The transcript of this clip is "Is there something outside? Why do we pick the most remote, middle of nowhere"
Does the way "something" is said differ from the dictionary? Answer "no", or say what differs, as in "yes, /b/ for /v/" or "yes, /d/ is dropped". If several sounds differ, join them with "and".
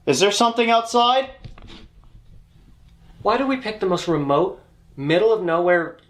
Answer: no